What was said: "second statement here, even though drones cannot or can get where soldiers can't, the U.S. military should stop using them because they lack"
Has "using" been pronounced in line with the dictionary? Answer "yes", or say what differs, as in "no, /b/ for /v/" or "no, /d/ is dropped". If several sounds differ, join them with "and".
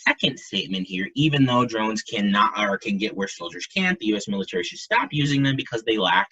yes